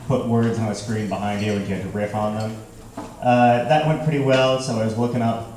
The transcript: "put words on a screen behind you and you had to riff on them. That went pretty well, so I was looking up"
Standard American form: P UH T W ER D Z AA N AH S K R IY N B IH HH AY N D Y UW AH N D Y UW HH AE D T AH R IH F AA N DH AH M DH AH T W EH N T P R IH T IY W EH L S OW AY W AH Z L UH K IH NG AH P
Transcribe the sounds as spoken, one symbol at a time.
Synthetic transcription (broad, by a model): P UH T W ER D Z N AH S K R IY N B IH HH AY N D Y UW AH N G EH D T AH R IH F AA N DH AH M DH AH T W EH N P R IH T IY W EH L S OW AY W AH Z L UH K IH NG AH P